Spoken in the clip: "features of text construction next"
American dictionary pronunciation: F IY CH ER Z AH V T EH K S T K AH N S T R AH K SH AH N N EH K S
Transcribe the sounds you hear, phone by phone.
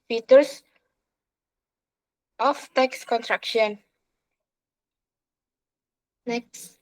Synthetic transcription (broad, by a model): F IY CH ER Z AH F T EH K S K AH N T R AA K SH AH N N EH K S